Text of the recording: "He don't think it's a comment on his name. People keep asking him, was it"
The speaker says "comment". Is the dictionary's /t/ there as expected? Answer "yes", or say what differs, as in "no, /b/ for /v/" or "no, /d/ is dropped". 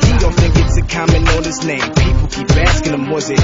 no, /t/ is dropped